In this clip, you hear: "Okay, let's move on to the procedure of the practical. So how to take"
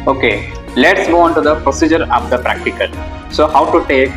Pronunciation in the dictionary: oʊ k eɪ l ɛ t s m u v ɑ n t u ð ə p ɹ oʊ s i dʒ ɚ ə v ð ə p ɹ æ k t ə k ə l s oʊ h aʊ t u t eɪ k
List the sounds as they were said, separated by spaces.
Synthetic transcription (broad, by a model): oʊ k eɪ l ɛ t s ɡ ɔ ɑ n t u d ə p ɹ oʊ s i dʒ ɚ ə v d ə p ɹ æ k t ə k ə l s oʊ h aʊ t u t eɪ k